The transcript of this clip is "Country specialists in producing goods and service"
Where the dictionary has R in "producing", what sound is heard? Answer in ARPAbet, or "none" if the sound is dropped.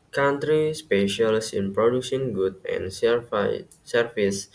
R